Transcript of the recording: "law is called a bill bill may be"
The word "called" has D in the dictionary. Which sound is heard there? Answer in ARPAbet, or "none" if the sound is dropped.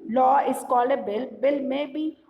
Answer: none